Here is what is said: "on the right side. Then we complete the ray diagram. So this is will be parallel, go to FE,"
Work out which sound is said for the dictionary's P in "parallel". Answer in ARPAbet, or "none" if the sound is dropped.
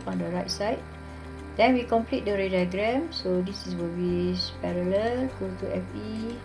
P